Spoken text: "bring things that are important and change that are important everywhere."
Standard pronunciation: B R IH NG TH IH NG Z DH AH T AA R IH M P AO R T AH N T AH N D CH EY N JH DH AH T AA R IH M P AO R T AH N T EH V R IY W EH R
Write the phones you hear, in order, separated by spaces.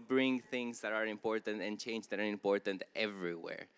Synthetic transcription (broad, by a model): B R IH NG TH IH NG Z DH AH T AA R IH M P AO R T AH N T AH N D CH EY N JH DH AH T AA R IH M P AO R T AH N T EH V R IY W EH R